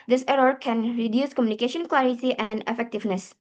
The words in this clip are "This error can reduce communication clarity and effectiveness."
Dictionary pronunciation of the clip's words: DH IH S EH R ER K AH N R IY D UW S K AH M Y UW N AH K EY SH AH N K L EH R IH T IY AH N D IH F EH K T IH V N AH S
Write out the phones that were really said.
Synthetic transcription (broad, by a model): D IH S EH R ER K AH N R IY D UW S K AH M Y UW N AH K EY SH AH N K L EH R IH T IY AH N D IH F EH K T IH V N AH S